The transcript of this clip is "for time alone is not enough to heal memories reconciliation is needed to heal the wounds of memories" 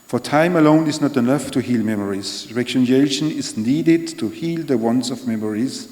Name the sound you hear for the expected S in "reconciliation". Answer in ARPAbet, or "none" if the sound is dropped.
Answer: none